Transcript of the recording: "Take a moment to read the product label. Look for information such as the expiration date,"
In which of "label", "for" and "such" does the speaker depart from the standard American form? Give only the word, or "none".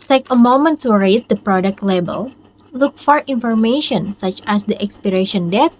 none